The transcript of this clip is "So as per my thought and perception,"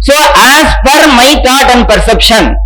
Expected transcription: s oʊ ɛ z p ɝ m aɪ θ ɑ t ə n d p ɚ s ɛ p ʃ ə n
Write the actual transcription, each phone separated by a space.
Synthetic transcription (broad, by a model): s oʊ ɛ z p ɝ m aɪ t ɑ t ə n d p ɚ s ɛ p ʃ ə n